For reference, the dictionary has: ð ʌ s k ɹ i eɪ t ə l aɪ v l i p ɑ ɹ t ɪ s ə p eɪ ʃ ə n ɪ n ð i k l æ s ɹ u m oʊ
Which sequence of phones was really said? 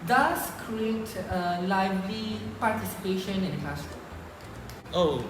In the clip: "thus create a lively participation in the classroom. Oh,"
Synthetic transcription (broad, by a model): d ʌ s k ɹ i eɪ t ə l aɪ v l i p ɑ ɹ t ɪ s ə p eɪ ʃ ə n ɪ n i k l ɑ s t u oʊ